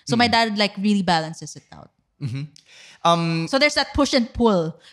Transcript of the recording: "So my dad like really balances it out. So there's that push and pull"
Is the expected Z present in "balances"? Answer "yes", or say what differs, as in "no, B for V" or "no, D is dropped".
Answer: no, S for Z